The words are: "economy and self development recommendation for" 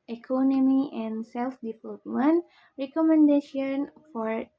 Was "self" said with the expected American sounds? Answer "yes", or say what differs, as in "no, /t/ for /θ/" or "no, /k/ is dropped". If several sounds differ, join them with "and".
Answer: yes